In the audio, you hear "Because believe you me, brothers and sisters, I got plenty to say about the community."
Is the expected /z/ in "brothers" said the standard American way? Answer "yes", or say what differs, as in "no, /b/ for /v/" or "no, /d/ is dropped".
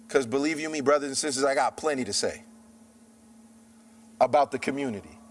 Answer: yes